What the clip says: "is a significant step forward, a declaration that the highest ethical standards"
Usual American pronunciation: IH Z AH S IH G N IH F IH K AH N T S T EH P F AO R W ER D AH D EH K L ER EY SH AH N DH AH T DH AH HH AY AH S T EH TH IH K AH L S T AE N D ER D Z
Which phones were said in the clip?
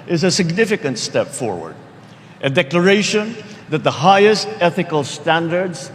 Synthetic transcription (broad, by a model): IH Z AH S IH G N IH F IH K AH N T S T EH P F AO R W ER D AH D EH K L ER EY SH AH N DH AH T DH AH HH AY AH S T EH TH IH K AH L S T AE N D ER D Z